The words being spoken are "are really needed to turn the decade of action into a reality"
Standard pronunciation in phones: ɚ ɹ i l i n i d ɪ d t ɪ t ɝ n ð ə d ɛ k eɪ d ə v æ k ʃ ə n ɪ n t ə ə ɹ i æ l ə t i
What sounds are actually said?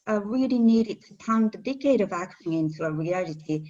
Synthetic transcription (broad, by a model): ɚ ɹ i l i n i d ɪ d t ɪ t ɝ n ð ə d ɛ k eɪ d ə v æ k ə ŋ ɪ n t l ə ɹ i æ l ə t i